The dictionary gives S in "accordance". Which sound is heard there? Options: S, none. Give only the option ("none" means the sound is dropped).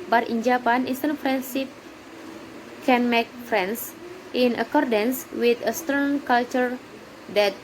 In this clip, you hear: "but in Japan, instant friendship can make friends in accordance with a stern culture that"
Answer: S